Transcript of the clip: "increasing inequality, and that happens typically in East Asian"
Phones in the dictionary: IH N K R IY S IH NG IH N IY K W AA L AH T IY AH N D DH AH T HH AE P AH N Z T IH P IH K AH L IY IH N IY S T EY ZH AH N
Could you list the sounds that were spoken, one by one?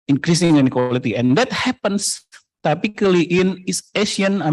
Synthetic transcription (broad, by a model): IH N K R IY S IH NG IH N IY K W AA L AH T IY AH N D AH T HH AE P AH N S T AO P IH K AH L IY IH N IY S EY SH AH N